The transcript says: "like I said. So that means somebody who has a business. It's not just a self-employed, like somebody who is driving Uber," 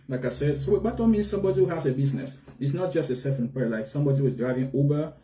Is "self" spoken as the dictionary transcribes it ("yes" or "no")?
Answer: no